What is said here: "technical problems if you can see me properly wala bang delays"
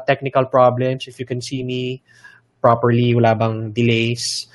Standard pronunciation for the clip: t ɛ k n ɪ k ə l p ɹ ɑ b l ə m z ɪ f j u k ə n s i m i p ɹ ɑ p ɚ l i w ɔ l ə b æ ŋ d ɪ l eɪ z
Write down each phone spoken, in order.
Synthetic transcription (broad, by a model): t ɛ k n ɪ k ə l p ɹ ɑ b l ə m s ɪ f j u k ə n s i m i p ɹ ɑ p ɚ l i w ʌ l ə b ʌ ŋ d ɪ l eɪ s